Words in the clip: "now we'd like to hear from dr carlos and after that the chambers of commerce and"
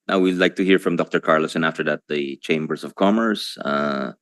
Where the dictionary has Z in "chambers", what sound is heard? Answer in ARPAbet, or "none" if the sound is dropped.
S